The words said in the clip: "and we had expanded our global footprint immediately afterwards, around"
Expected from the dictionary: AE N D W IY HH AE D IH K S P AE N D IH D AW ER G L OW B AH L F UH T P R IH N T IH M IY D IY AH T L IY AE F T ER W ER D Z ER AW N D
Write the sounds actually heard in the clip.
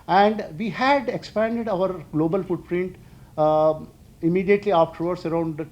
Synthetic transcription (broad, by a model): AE N D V IY HH AE D IH K S P AE N D IH D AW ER G L OW B AH L F UH T P R IH N T IH M IY D IY AH T L IY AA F T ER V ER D S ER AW N D